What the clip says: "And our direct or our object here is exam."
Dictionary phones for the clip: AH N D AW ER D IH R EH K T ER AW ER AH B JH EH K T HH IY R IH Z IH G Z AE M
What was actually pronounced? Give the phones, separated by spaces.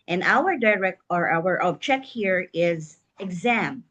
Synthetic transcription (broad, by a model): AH N AW ER D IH R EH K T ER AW ER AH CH EH K HH IY R IH Z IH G Z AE M